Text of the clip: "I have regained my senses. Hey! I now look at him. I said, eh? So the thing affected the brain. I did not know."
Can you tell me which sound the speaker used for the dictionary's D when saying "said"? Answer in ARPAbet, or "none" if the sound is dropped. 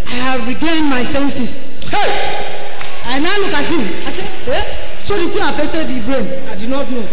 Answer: none